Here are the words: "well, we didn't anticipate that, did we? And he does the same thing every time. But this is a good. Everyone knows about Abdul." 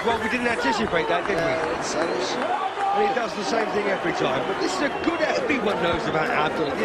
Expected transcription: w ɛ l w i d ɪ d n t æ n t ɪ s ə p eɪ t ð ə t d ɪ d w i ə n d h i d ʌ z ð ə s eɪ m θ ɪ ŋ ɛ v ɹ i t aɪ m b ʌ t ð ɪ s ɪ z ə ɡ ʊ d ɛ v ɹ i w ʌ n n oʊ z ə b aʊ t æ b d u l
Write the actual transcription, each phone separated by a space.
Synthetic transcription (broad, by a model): w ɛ l w i d ɪ d n t æ n t ɪ s ə p eɪ t ð ə t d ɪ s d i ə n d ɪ d ʌ z ð ə s eɪ m θ ɪ ŋ ɛ v ɹ i t aɪ m b ʌ t ð ɪ s ɪ z ə ɡ ʊ d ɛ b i w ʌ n n oʊ z ə b aʊ t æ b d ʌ l